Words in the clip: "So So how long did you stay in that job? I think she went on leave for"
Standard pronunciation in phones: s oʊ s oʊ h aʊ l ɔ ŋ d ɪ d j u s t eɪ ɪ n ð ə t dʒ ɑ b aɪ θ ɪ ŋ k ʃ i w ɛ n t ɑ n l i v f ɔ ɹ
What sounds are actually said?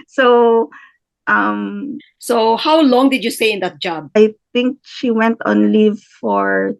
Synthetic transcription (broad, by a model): s oʊ s oʊ h aʊ l ɔ ŋ d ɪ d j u s t eɪ ɪ n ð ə t dʒ ɑ b aɪ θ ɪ ŋ k ʃ i w ɛ n t ɑ n l i v f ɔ ɹ